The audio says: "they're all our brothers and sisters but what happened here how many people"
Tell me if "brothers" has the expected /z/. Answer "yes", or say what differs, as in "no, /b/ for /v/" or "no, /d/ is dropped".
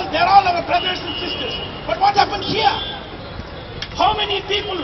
no, /s/ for /z/